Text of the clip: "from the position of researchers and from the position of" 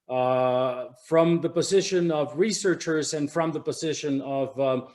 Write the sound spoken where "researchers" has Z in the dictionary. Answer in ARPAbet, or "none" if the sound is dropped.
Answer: Z